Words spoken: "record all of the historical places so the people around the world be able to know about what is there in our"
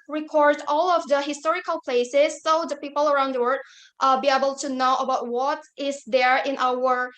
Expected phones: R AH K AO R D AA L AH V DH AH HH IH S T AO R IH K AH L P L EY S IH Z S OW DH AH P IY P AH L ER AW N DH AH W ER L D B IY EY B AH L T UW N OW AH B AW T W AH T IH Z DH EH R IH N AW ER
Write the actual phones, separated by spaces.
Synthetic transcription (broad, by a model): R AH K AO R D AA L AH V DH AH HH IH S T AO R IH K AH L P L EY S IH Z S OW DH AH P IY P AH L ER AW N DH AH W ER D B IY EY B AH L T UW N OW AH B AW T W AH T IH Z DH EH R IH N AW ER